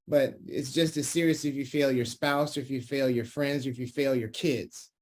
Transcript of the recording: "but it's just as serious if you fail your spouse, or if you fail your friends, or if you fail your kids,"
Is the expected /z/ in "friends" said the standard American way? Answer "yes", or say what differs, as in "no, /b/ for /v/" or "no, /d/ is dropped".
yes